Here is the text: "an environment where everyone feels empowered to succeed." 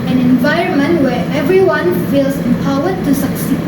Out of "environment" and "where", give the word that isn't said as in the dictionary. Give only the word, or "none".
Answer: none